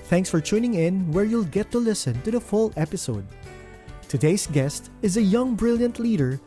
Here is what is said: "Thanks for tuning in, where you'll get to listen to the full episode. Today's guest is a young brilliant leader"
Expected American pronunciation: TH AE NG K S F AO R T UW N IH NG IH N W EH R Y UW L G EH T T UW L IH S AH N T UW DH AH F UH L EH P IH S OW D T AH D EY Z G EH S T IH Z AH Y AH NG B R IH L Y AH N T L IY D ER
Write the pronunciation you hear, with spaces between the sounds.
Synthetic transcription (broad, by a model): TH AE NG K S F AO R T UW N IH NG IH N W EH R Y UW L G EH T T UW L IH S AH N T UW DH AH F UH L EH P IH S OW D T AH D EY S G EH S T IH Z AH Y AH NG B R IH L Y AH N T L IY D ER